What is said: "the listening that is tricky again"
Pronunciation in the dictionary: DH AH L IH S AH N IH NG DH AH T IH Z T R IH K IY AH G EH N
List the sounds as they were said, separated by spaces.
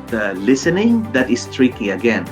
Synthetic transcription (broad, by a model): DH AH L IH S AH N IH NG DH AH T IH S T R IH K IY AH G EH N